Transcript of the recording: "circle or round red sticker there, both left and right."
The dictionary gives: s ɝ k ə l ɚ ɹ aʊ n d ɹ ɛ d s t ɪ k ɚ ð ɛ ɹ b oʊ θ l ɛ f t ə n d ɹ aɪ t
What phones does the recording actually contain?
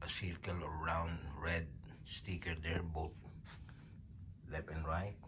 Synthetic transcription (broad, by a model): s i k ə l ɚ ɹ aʊ n d ɹ ɛ d s t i k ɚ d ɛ ɹ b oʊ t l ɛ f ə n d ɹ aɪ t